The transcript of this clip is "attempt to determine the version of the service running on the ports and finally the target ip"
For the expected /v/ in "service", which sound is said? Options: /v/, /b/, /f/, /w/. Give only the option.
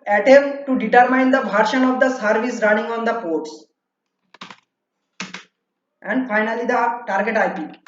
/v/